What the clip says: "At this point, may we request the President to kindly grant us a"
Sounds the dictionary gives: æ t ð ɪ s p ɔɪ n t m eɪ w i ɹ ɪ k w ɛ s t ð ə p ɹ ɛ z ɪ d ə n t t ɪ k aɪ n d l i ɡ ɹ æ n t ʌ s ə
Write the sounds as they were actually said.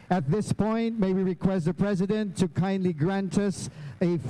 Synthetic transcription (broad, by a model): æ t ð ɪ s p ɔɪ n t m eɪ w i ɹ ɪ k w ɛ s t ð ə p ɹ ɛ z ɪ d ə n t t ɪ k aɪ n d l i ɡ ɹ æ n t ʌ s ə